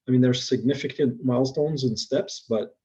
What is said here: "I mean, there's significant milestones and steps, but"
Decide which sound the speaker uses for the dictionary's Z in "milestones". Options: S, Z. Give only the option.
Z